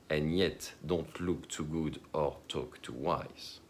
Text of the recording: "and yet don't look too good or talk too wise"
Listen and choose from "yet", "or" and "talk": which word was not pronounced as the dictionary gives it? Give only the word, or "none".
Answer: none